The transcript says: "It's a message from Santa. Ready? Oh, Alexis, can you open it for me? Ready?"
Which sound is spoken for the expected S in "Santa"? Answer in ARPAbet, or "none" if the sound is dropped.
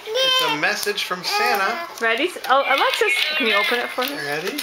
S